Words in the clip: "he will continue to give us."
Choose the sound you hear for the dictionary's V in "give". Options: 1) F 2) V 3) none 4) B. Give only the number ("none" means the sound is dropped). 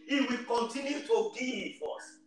1